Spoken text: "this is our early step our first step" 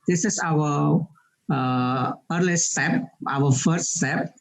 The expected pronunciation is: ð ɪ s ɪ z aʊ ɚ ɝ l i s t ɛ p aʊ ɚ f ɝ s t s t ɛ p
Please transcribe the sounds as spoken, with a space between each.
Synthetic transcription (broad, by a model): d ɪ s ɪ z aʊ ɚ ɝ l i s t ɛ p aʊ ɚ f ɝ s t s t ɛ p